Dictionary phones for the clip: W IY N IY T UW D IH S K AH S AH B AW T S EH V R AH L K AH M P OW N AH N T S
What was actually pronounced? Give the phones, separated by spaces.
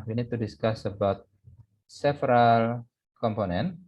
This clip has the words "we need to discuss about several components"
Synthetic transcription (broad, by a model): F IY N IY T UW D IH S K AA S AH B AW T S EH F R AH L K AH M P OW N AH N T